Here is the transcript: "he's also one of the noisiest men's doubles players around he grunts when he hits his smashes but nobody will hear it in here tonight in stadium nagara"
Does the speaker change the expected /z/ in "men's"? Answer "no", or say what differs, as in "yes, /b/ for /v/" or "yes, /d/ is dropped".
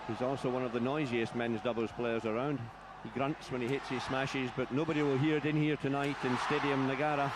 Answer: no